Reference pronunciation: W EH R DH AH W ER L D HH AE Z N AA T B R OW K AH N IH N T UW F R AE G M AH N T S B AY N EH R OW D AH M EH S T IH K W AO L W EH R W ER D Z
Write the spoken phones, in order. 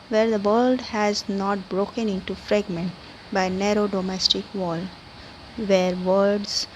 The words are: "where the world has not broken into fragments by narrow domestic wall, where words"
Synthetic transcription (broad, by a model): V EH R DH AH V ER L D HH AE Z N AA T B R OW K AH N IH N T UW F R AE G M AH N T B AY N EH R OW D AH M EH S T IH K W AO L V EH R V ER D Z